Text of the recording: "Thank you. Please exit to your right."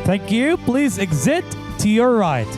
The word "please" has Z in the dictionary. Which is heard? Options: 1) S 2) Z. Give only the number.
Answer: 2